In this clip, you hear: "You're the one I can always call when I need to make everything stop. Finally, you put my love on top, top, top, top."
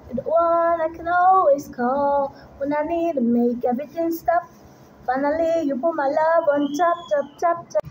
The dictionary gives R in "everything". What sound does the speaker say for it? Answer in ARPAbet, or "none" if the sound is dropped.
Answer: none